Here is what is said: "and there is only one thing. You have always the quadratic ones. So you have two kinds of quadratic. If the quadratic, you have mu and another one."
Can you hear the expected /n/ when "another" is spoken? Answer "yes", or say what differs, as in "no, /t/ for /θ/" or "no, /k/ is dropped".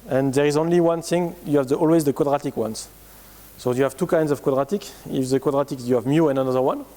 yes